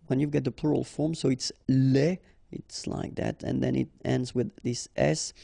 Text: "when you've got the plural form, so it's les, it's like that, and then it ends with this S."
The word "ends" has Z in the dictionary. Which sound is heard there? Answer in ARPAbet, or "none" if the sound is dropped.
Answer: Z